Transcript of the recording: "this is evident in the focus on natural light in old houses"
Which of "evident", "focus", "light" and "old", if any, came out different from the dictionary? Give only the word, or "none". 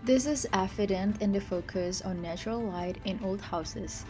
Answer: evident